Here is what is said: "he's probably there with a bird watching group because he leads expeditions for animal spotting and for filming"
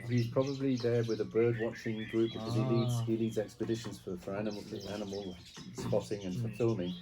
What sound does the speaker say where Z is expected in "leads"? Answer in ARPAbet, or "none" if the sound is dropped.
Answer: Z